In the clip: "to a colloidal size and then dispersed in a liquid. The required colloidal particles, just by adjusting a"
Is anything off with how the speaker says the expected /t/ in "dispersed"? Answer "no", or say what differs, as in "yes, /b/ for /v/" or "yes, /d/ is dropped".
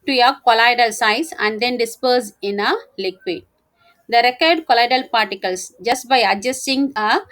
yes, /t/ is dropped